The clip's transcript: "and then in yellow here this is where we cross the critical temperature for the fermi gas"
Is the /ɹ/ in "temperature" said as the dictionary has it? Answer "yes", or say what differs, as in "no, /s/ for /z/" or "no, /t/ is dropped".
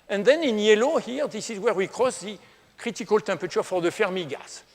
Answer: no, /ɹ/ is dropped